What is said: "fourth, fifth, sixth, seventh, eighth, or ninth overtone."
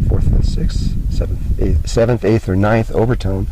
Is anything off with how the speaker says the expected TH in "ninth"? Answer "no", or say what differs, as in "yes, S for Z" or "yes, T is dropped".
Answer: no